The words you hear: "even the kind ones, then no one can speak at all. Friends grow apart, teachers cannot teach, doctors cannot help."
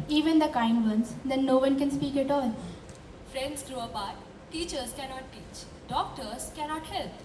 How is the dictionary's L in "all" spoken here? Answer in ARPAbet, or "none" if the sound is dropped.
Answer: L